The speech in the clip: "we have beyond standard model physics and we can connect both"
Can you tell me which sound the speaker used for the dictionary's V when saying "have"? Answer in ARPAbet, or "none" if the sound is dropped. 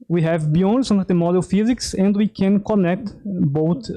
V